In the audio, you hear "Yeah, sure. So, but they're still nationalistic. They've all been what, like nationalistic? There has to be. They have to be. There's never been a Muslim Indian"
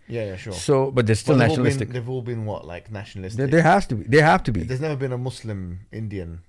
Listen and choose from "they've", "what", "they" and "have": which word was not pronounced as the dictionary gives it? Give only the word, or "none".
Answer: have